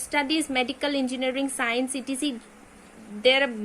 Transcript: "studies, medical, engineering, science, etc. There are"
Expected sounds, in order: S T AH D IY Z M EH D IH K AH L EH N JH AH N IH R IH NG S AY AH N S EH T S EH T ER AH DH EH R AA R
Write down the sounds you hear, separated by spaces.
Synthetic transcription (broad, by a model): S T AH D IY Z M EH D IH K AH L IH N JH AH N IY R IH NG S AY AH N S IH T IY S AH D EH R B